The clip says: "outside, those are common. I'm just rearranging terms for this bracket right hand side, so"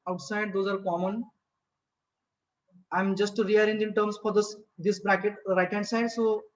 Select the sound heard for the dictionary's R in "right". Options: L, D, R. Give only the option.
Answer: R